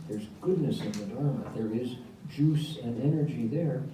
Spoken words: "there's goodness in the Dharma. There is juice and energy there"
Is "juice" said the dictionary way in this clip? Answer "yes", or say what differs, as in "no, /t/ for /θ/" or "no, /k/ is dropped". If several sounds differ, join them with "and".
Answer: yes